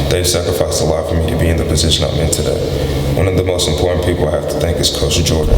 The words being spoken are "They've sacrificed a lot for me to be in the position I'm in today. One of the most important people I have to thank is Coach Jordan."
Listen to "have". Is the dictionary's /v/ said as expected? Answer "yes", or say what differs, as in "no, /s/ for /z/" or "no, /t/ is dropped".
no, /f/ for /v/